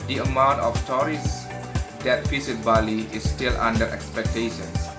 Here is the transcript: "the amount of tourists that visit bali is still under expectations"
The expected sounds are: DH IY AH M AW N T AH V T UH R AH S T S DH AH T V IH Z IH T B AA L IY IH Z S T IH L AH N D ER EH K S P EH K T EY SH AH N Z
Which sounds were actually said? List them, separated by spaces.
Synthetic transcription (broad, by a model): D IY AH M AW N T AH F T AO R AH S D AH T F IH S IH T B AA L IY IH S T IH L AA N D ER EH K S P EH K T EY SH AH N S